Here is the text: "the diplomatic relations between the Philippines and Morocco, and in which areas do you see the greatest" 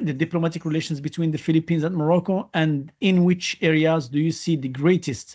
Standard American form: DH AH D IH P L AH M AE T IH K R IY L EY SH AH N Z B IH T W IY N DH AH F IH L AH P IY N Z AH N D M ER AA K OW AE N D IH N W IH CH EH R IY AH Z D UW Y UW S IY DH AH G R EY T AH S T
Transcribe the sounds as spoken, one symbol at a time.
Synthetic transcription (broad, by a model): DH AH D IH P L AH M AE T IH K R IY L EY SH AH N Z B IH T W IY N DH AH F IH L AH P IY N Z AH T M ER AA K OW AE N D IH N W IH CH EH R IY AH Z D UW Y UW S IY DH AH G R EY T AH S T